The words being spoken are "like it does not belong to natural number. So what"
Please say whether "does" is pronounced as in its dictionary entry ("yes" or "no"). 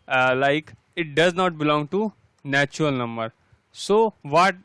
yes